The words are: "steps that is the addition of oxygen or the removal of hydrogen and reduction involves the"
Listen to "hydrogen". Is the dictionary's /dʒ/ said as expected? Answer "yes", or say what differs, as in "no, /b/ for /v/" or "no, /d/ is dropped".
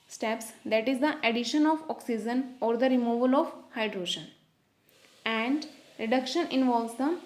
no, /ʃ/ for /dʒ/